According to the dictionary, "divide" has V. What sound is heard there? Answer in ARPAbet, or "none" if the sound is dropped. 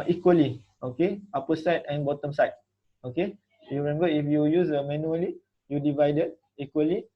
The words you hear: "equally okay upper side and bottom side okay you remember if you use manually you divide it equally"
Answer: V